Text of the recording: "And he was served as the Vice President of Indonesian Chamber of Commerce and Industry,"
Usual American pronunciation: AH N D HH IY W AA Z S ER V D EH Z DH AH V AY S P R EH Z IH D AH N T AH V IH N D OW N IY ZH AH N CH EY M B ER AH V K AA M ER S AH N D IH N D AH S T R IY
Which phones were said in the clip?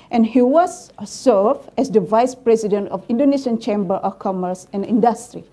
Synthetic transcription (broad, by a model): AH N HH IY W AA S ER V EH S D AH V AY S P R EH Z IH D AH N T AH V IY N D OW N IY SH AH N CH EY M B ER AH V K AA M ER S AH N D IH N D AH S T R IY